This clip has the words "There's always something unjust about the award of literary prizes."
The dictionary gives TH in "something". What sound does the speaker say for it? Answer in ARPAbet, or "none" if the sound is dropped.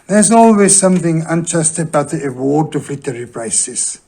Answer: TH